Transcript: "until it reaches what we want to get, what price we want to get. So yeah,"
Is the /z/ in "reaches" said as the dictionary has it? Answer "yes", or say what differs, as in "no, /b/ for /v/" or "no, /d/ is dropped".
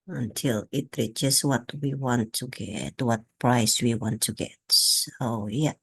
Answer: no, /s/ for /z/